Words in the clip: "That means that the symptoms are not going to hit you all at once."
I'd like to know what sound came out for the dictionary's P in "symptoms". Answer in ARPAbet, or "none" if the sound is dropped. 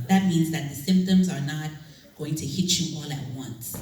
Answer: P